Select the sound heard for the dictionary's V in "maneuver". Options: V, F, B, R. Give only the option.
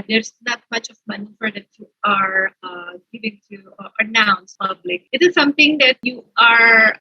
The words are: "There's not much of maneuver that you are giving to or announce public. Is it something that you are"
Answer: F